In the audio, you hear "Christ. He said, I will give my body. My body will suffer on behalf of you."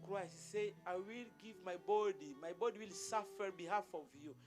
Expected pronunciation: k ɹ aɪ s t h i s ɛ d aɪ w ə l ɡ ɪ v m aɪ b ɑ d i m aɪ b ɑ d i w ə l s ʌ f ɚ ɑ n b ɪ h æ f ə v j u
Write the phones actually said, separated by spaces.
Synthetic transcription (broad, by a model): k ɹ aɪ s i s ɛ aɪ w ə l ɡ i v m aɪ b ɑ d i m aɪ b ɑ d i w ə l s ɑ f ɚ b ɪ h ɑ f ə v j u